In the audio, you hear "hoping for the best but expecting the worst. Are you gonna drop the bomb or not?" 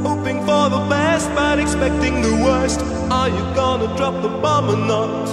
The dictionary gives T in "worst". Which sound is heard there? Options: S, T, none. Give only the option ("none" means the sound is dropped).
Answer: T